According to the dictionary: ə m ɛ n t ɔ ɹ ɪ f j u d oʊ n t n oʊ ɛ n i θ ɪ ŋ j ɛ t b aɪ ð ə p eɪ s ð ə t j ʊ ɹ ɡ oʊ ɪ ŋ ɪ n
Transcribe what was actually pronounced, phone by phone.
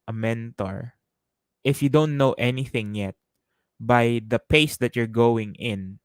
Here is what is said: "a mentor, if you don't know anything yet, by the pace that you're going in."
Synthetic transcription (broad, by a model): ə m ɛ n t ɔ ɹ ɪ f j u d oʊ n t n oʊ ɛ n i θ ɪ ŋ j ɛ t b aɪ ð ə p eɪ s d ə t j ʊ ɹ ɡ oʊ ɪ ŋ ɪ n